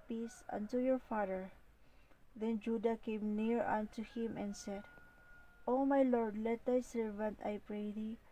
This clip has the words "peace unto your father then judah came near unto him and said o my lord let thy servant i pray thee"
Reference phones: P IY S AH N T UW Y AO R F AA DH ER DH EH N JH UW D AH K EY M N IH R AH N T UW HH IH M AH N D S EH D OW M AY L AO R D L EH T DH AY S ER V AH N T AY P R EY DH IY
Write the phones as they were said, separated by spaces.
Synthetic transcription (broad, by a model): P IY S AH N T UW Y AO R F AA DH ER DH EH N JH UW D AH K EY M N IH R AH N T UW HH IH M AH N S EH D OW M AY L AO R D L EH T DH AY S ER V AH N T AY P R EY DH IY